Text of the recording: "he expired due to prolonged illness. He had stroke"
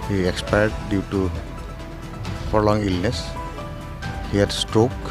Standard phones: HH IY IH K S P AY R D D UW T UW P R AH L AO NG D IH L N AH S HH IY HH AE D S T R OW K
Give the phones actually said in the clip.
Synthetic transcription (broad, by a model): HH IY IH K S P AY R D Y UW T UW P R L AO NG IY L N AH S HH IY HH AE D S T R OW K